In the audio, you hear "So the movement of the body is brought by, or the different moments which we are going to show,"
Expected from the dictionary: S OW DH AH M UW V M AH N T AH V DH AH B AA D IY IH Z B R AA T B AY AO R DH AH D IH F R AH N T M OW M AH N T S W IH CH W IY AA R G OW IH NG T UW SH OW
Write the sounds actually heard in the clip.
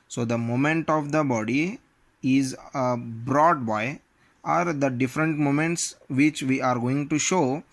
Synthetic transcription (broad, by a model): S OW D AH M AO M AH N T AH V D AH B AA D IY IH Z B R AA T B AY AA R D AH D IH F R AH N T M OW M AH N T S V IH CH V IY AA R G OW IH NG T UW SH OW